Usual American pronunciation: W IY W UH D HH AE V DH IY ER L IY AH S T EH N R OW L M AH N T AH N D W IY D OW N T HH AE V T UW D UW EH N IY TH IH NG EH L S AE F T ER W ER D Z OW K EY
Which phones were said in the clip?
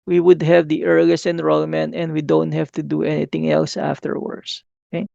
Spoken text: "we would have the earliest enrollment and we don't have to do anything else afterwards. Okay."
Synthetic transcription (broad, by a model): W IY W UH D HH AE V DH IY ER L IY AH S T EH N R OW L M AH N AH N D W IY D OW N T HH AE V T UW D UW EH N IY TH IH NG EH L S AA F T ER W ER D S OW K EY